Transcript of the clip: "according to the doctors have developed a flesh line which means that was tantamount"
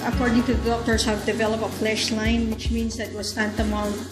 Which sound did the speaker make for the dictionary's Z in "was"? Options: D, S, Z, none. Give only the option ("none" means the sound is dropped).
S